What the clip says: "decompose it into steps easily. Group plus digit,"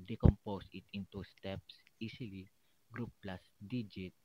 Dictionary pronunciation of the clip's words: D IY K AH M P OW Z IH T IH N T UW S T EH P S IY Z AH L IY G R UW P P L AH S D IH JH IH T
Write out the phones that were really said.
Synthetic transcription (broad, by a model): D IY K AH M P OW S IH T IH N T UW S T EH P S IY S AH L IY G R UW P P L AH S D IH JH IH T